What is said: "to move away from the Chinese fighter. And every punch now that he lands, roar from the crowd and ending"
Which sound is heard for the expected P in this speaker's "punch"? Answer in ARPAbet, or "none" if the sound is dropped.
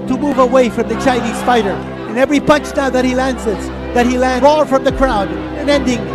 P